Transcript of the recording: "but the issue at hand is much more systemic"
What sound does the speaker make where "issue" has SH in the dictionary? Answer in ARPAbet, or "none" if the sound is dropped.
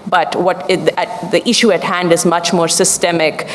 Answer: SH